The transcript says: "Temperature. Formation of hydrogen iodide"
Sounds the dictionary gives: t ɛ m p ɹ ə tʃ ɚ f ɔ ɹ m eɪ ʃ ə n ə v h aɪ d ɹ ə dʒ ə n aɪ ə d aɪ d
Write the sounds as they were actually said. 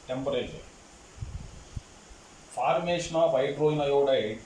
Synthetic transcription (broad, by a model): t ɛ m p ɹ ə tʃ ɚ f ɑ ɹ m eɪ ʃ n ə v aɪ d ɹ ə ə n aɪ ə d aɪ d